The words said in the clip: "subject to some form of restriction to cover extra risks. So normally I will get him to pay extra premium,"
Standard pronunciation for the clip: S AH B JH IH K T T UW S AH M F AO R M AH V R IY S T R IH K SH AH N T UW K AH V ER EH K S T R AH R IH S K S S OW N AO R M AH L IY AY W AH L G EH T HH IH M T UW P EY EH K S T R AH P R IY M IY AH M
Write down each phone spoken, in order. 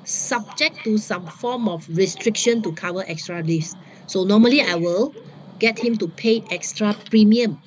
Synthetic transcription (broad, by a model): S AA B JH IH K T T UW S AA M F AO M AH F R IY S T R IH K SH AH N T UW K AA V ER EH K S T R AH L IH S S S OW N AO M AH L IY AY W AH L G EH T HH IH M T UW P EY EH K S T R AH P R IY M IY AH M